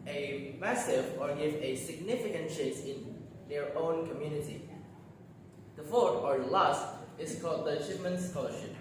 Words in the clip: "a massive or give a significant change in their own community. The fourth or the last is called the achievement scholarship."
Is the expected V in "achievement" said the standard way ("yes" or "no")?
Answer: no